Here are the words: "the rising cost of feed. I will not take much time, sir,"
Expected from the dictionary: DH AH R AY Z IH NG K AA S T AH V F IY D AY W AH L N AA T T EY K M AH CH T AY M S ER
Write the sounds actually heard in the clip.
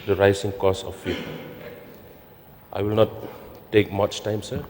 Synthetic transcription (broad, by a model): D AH R AY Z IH NG K AA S AH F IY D AY W AH L N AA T T EY K M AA CH T AY M S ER